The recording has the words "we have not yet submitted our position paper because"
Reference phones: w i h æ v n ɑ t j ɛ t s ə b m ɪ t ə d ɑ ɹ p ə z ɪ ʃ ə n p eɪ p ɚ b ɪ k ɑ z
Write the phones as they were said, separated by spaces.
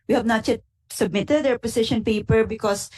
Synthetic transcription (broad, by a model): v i h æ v n ɑ t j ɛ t s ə b m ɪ t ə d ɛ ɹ p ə s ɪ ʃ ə n p eɪ p ɚ b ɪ k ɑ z